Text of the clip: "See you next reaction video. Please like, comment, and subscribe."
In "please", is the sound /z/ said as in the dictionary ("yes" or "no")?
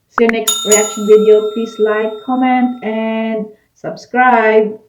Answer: no